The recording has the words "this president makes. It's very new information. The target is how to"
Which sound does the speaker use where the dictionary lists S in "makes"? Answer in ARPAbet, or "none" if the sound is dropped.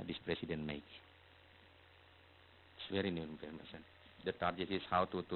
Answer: none